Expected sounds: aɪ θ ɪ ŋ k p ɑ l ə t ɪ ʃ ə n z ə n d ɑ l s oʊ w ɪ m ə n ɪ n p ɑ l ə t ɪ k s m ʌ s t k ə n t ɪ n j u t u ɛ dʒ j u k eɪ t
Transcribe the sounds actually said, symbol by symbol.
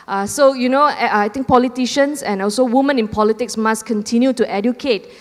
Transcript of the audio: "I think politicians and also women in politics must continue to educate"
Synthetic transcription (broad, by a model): aɪ t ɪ ŋ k p ɑ l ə t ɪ ʃ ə n s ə n ɑ l s oʊ w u m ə n ɪ n p ɑ l ə t ɪ k s m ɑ s k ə n t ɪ n j u t u ɛ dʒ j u k eɪ t